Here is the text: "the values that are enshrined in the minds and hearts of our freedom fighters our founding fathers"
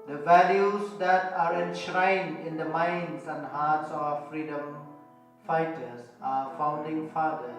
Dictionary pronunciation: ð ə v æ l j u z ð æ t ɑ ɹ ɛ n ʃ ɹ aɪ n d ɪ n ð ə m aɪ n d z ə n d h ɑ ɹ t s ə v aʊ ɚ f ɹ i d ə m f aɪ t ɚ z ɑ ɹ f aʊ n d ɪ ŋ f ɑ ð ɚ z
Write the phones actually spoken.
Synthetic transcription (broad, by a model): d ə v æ l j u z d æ t ɑ ɹ ɛ n ʃ ɹ aɪ n d ɪ n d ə m aɪ n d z ə n d h ɑ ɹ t s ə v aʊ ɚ f ɹ i d ə m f aɪ t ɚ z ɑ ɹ f aʊ n d ɪ ŋ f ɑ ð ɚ